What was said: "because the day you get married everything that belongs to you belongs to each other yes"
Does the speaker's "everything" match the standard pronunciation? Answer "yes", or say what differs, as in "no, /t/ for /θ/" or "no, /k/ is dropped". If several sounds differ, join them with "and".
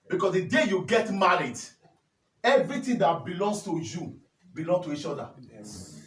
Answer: no, /t/ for /θ/